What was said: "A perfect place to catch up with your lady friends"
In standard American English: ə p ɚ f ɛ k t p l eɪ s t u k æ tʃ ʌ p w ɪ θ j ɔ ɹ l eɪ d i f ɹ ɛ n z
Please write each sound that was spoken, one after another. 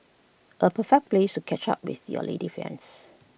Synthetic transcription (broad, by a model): ə p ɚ f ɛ k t p l eɪ s t u k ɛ tʃ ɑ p w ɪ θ j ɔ l eɪ d i f ɛ n s